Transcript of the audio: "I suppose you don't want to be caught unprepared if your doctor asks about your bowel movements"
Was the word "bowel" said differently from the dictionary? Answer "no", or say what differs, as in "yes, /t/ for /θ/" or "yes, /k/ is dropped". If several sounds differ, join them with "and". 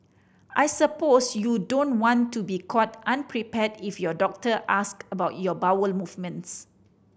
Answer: no